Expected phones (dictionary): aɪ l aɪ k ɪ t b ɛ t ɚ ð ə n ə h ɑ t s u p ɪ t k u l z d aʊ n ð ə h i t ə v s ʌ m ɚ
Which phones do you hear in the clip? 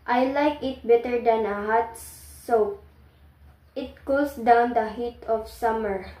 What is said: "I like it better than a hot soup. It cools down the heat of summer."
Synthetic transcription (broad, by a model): aɪ l aɪ k ɪ t b ɛ t ɚ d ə n ə h ɑ t s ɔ ɪ t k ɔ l s d aʊ n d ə h i t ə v s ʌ m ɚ